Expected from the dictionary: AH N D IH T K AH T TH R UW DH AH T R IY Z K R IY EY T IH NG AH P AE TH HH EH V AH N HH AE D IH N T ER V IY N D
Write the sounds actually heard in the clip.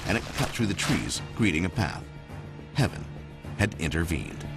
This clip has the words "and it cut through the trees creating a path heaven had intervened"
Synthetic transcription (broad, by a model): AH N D IH T K AH T TH R UW DH AH T R IY Z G R IY T IH NG AH P AE TH HH EH V AH N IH D IH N T ER V IY N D